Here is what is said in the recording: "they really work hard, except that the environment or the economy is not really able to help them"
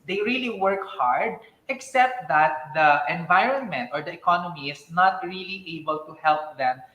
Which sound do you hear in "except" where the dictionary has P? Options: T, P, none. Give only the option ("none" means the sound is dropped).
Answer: P